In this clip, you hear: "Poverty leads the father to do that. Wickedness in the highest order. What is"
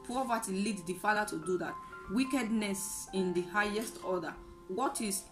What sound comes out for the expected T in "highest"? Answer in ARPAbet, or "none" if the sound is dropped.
T